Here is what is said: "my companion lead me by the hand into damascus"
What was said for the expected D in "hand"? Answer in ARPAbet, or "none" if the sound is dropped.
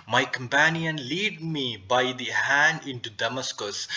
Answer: D